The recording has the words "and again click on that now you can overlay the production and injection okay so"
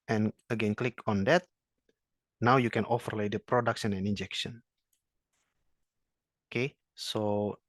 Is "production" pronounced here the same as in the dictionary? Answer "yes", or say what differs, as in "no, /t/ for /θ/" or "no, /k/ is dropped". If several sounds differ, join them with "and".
no, /s/ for /ʃ/